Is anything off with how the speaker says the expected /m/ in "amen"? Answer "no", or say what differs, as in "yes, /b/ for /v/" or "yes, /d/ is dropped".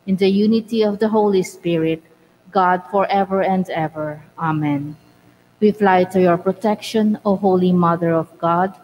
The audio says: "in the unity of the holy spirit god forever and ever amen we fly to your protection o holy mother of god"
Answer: no